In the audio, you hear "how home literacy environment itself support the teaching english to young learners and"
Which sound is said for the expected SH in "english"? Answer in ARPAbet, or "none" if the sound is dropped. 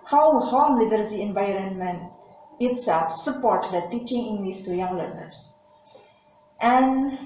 S